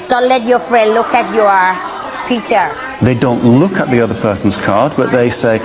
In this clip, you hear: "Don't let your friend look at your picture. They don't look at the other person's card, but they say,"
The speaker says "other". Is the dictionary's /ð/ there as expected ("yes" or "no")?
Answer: yes